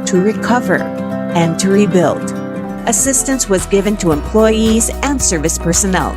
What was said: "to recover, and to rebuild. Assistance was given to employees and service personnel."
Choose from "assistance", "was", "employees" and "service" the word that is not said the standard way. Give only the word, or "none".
none